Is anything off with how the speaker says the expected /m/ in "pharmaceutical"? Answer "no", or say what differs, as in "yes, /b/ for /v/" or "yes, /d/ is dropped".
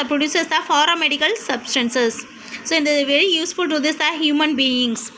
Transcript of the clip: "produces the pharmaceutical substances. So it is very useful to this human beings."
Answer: yes, /m/ is dropped